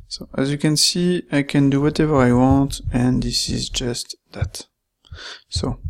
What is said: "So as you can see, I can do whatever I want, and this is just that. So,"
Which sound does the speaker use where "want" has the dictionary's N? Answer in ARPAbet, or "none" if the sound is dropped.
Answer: N